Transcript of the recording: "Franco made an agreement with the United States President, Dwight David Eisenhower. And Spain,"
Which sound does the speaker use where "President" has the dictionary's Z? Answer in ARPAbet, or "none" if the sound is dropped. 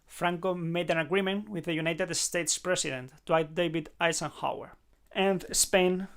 S